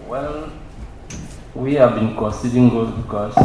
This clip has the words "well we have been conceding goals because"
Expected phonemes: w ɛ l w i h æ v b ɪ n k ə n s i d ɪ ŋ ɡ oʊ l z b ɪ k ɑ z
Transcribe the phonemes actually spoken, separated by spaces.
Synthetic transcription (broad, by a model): w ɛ l w i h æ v b ɪ n k ə n s i d ɪ ŋ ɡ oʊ z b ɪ k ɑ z